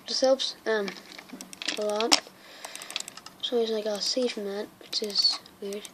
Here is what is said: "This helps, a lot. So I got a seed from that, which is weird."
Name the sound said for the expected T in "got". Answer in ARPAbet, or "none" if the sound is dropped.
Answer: none